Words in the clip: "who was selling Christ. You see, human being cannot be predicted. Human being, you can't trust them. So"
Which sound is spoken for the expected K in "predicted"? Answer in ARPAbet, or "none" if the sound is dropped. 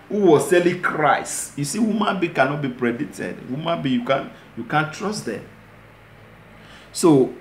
none